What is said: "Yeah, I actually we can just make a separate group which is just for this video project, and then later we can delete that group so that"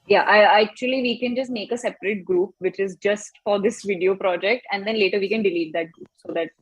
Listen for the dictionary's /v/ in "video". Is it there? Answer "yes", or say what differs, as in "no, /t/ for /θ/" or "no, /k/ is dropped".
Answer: yes